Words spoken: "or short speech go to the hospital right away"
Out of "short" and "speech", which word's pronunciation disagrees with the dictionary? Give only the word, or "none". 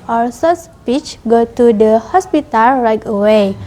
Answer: short